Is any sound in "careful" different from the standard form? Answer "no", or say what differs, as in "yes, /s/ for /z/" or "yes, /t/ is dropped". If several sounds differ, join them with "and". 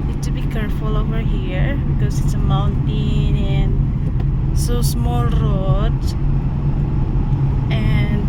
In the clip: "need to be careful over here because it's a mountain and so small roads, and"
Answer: no